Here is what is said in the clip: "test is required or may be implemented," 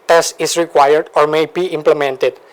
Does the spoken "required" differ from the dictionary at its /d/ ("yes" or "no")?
no